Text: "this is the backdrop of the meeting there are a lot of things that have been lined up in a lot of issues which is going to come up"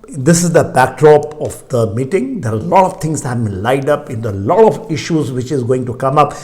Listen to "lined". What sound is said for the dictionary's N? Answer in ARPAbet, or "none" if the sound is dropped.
none